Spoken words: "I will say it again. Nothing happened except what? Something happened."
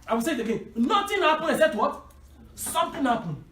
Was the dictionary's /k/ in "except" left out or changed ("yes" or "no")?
yes